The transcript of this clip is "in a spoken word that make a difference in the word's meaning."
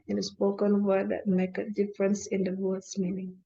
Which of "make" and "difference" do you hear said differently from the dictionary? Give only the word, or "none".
none